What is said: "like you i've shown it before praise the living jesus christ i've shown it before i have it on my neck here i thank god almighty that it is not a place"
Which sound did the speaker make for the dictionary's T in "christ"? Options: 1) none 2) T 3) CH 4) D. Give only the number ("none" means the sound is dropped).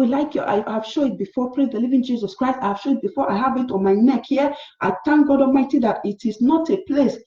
2